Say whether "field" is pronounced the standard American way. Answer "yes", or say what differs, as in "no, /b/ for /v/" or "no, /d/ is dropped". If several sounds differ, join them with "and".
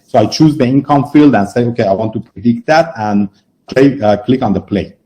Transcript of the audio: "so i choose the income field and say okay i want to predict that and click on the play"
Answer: yes